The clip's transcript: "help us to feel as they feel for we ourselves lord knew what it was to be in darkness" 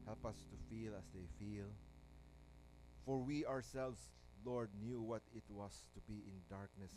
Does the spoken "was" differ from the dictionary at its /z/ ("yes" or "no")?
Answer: yes